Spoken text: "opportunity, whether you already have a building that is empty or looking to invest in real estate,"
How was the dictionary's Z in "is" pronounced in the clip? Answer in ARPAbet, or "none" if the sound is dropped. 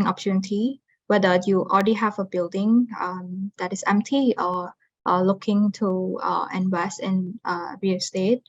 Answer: S